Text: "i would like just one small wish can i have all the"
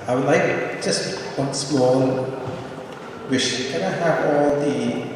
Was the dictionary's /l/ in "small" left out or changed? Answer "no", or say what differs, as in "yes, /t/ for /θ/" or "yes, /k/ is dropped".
yes, /n/ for /l/